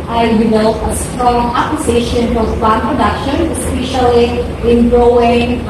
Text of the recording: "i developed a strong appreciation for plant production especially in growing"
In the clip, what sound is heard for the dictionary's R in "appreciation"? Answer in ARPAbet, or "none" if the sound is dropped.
L